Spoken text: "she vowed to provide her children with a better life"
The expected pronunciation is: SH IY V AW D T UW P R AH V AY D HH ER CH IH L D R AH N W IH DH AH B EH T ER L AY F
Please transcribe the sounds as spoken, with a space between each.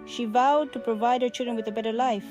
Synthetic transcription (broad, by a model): SH IY V AW D T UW P R AH V AY D HH ER CH IH L D R AH N W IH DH AH B EH T ER L AY F